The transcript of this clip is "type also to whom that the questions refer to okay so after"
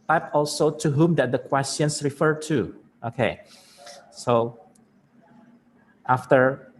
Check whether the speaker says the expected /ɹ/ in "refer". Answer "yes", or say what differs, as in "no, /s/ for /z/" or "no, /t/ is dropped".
yes